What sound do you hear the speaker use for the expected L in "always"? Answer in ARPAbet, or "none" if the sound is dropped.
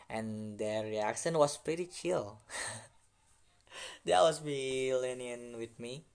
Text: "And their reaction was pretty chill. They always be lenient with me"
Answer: none